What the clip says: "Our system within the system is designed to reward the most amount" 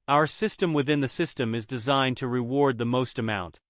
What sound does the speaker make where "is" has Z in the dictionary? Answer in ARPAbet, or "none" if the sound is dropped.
Z